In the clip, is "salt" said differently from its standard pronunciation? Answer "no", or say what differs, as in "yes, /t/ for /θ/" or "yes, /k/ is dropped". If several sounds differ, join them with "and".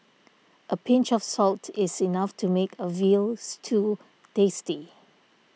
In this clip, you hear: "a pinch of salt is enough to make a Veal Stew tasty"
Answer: no